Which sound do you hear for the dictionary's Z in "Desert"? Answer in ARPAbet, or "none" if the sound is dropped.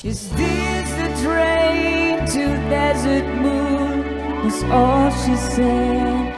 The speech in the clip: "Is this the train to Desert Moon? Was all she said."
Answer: Z